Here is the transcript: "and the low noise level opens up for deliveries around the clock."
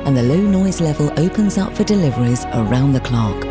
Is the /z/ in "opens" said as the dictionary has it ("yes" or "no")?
yes